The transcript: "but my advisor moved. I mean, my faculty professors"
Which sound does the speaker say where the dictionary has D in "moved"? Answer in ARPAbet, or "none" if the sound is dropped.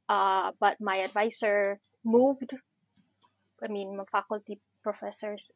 D